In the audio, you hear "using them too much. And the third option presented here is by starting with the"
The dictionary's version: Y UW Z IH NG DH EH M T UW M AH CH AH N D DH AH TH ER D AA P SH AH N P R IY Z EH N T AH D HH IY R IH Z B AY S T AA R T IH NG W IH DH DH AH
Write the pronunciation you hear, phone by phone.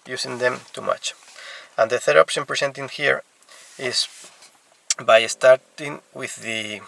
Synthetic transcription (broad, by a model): Y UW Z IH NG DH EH M T UW M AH CH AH N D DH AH TH ER D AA P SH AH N P R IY S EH N T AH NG HH IY R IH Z B AY S T AA R T IH NG W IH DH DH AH